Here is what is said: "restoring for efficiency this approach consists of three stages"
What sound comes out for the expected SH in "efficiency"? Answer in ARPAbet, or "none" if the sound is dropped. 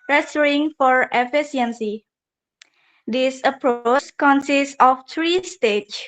S